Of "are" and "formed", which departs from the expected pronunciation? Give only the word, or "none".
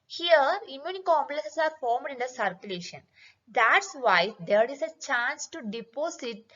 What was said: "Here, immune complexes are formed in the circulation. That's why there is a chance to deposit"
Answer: none